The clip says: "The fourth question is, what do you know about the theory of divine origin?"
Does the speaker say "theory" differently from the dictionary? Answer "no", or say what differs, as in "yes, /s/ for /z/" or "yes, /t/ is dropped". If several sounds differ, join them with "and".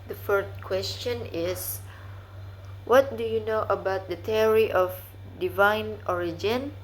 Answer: yes, /t/ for /θ/